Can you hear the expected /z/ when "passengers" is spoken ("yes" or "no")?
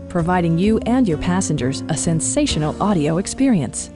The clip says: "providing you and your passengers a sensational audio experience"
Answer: yes